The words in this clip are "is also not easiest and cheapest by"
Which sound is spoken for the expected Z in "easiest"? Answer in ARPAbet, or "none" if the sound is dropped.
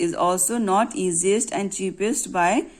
Z